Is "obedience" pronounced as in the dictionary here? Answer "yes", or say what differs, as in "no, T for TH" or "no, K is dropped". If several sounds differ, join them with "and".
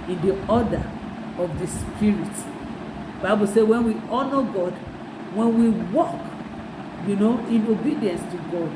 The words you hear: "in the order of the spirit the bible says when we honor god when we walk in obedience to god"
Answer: yes